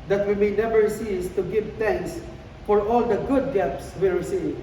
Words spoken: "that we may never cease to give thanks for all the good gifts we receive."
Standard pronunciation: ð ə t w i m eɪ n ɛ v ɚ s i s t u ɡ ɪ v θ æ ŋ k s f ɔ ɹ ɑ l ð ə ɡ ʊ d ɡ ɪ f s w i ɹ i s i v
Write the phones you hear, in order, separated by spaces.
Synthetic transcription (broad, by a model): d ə t w i m eɪ n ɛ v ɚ s i s t u ɡ ɪ v t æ ŋ k s f ɔ ɹ ɑ l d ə ɡ ʊ d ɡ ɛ p s w i ɹ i s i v